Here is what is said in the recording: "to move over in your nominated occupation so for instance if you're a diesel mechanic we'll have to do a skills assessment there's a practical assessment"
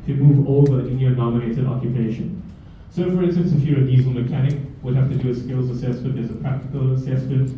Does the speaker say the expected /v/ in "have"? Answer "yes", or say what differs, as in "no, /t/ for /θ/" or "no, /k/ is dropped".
no, /f/ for /v/